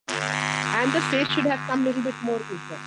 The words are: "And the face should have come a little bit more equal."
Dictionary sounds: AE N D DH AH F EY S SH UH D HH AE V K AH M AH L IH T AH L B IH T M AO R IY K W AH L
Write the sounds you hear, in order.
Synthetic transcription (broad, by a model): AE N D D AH P EY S SH UH D HH AE V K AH M L IH T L B IH T M AO R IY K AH